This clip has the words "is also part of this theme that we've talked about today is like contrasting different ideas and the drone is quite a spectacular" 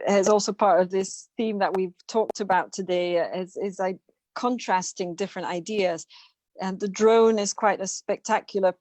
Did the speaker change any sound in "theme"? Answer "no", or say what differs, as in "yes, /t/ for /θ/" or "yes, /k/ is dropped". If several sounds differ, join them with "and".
no